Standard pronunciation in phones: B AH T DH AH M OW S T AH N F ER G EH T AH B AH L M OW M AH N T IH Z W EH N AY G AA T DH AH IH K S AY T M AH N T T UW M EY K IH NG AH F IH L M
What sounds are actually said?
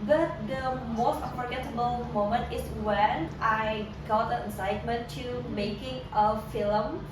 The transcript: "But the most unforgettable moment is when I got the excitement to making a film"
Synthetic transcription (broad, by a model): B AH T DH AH M OW S T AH F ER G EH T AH B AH L M OW M AH N T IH S W EH N AY G AA T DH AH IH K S AY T M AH N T T UW M EY K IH NG AH F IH L M